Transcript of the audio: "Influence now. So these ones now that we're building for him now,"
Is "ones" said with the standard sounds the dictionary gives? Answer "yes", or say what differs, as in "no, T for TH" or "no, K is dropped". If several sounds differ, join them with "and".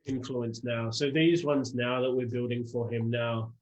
yes